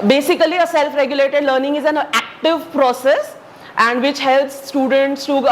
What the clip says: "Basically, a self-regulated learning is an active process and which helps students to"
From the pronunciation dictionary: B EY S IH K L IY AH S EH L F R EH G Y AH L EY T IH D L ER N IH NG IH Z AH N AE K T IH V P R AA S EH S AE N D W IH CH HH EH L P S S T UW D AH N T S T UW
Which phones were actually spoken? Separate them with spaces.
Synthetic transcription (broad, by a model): B EY S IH K L IY AH S EH L F R EH G Y AH L EY T IH D L ER N IH NG IH Z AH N AE K T IH V P R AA S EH S AE N D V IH CH HH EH L P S S T UW D AH N T S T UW